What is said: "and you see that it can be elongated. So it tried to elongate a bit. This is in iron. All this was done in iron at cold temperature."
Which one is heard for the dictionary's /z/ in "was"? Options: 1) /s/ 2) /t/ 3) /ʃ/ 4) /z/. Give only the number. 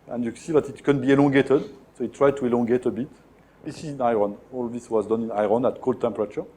4